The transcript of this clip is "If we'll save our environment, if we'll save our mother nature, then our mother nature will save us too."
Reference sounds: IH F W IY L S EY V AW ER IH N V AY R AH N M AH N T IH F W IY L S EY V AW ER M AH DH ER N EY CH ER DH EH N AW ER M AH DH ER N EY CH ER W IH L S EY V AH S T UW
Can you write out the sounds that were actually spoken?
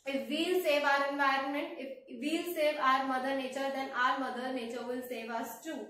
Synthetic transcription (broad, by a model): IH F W IY L S EY V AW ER IH N V AY R AH N M AH N T IH F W IY L S EY V AW ER M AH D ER N EY CH ER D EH N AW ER M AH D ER N EY CH ER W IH L S EY V AH S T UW